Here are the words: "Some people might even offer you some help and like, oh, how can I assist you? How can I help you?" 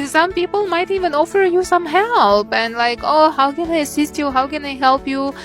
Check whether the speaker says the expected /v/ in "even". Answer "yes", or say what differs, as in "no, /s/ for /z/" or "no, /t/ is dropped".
yes